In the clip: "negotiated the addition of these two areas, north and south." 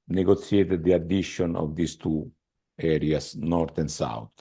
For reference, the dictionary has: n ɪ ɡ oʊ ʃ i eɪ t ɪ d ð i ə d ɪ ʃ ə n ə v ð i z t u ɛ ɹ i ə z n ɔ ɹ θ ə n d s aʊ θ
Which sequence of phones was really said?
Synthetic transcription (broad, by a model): n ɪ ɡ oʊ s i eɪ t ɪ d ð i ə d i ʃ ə n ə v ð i s t u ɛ ɹ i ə s n ɔ ɹ t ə n s aʊ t